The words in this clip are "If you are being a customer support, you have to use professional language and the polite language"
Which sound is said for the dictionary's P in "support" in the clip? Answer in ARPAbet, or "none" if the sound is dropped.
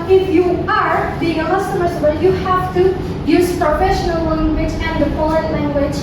B